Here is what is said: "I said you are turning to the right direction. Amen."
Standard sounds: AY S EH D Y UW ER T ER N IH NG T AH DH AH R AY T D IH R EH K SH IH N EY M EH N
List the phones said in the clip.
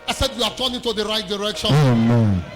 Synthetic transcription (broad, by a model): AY S EH D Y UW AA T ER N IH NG T AH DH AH R AY T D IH R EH K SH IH EY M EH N